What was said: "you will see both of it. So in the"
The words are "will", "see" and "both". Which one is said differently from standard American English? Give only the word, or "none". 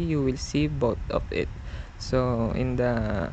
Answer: both